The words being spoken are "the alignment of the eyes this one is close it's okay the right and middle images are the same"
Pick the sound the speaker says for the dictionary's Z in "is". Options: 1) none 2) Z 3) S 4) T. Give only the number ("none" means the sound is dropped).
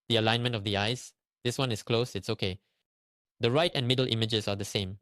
3